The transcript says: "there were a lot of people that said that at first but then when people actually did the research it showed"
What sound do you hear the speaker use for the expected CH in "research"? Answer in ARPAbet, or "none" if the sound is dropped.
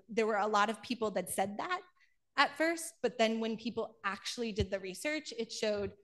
CH